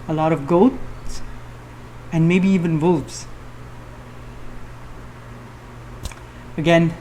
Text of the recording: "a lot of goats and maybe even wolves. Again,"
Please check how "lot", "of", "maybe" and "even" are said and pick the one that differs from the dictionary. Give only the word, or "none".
none